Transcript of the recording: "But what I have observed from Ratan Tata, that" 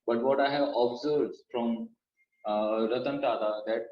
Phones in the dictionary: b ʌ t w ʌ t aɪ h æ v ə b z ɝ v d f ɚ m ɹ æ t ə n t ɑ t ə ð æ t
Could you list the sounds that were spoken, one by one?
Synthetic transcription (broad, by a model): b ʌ t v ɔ t aɪ h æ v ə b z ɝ f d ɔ m ɹ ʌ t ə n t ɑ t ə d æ t